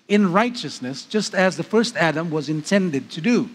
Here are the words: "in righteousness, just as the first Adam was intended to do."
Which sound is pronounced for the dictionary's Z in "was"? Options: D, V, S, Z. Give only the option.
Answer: Z